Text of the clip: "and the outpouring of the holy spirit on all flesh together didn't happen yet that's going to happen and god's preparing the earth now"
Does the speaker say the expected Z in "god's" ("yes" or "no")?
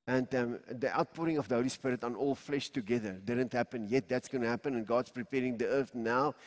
no